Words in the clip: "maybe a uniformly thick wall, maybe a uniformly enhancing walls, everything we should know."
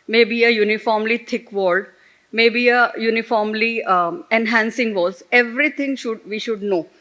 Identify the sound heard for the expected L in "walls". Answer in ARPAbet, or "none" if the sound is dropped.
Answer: none